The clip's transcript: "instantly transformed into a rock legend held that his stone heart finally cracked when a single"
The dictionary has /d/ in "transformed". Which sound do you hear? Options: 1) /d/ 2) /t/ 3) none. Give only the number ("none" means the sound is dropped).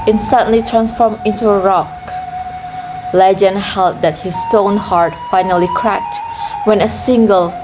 3